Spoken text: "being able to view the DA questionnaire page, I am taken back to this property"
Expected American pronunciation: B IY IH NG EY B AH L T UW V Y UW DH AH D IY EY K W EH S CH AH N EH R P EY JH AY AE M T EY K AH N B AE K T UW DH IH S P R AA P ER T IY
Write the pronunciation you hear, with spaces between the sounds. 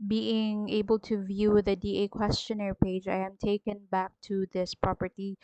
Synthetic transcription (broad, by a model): B IY IH NG EY B AH L T UW V Y UW DH AH D IY EY K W EH S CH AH N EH R P EY JH AY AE M T EY K AH N B AE K T UW DH IH S P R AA P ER T IY